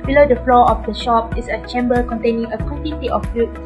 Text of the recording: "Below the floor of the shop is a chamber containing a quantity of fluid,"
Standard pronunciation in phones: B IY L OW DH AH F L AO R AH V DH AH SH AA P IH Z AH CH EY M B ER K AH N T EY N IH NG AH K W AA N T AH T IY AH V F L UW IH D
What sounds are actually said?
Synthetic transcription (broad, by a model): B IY L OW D AH F L AO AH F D AH SH AA P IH S AH CH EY M B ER K AH N T EY N IH NG AH K W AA N T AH T IY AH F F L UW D